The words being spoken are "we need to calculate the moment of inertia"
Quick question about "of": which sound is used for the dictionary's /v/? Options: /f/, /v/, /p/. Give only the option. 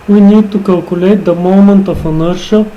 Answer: /f/